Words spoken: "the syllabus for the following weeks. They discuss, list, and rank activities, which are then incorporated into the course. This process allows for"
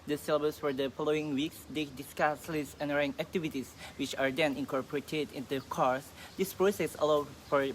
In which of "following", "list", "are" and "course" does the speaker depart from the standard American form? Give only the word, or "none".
list